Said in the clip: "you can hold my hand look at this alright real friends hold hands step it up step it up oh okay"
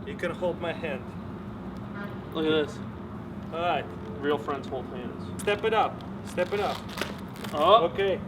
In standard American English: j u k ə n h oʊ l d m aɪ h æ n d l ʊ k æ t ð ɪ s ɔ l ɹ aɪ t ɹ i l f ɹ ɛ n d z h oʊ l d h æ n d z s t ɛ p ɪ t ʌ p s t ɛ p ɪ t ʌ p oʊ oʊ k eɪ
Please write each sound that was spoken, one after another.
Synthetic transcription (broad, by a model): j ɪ k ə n h oʊ l d m aɪ h æ n d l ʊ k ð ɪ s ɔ ɹ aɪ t ɹ i l f ɹ ɛ n d z h oʊ l d h æ n d z s t ɛ p ɪ t ʌ p s t ɛ p ɪ t ʌ p oʊ oʊ k eɪ